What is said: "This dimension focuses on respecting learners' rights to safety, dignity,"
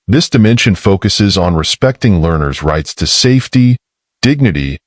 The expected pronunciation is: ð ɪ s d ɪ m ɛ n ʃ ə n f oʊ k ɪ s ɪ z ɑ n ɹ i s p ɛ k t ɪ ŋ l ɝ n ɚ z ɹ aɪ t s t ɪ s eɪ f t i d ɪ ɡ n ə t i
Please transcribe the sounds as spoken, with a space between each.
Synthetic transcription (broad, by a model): ð ɪ s d ɪ m ɛ n ʃ ə n f oʊ k ɪ s ɪ z n ɹ i s p ɛ k t ɪ ŋ l ɝ n ɚ z ɹ aɪ t s t ɪ s eɪ f t i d ɪ ɡ n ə t i